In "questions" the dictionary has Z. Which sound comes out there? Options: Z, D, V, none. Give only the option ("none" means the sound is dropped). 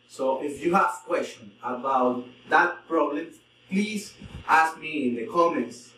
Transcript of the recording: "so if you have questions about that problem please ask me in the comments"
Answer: none